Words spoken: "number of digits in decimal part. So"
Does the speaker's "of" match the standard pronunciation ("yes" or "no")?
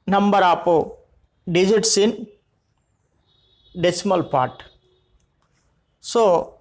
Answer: no